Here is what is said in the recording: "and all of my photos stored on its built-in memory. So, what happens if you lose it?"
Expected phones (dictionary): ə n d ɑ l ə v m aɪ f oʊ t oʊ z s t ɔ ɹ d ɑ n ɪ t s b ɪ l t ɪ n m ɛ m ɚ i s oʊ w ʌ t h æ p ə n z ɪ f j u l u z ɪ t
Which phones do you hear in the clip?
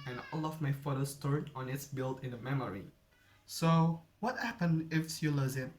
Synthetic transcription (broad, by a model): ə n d ɑ l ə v m aɪ f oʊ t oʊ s t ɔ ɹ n ɑ n ɪ t s b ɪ l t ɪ n m ɛ m ɚ i s oʊ w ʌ t h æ p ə n ɪ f j u l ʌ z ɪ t